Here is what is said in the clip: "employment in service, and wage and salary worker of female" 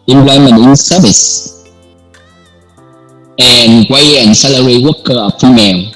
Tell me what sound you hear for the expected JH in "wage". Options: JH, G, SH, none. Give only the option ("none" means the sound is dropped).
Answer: none